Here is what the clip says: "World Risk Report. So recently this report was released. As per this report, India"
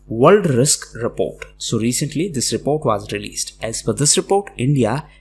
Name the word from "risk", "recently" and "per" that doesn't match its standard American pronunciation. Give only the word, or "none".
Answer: per